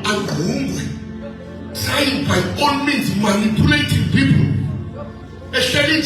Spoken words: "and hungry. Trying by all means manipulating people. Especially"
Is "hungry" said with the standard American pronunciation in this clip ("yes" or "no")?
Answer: no